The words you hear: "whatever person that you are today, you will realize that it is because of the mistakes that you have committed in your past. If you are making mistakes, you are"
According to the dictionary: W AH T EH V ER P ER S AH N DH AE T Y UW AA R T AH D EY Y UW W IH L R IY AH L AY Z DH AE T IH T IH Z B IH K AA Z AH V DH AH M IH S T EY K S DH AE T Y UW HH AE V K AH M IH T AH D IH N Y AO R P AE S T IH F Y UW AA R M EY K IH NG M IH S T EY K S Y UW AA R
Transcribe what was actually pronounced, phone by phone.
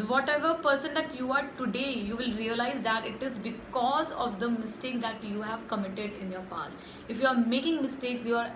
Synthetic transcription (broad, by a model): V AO T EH V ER P ER S AH N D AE T Y UW AA R T AH D EY Y UW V IH L R IY AH L AY Z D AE T IH T IH Z B IH K AA Z AH V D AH M IH S T EY K S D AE T Y UW HH AE V K AH M IH T AH D IH N Y AO R P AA S T IH F Y UW AA R M EY K IH NG M IH S T EY K S Y UW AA R